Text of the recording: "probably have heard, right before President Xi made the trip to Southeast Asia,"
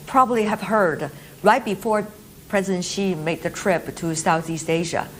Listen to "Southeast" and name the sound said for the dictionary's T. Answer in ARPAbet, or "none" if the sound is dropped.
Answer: T